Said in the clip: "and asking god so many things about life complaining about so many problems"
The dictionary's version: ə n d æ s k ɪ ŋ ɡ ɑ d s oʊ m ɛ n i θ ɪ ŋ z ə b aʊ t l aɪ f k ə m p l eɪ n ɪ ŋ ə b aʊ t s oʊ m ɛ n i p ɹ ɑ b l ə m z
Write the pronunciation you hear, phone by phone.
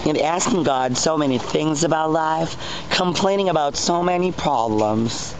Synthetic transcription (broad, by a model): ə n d æ s k ɪ ŋ ɡ ɑ d s oʊ m ɛ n i θ ɪ ŋ z ə b aʊ t l aɪ f k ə m p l eɪ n ɪ ŋ ə b aʊ t s oʊ m ɛ n i p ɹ ɑ b l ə m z